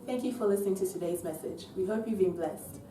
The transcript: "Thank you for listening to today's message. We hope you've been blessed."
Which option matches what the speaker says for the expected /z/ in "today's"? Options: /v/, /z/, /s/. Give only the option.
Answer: /z/